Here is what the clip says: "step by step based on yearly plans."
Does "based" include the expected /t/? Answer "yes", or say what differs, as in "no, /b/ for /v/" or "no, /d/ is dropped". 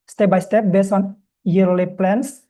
no, /t/ is dropped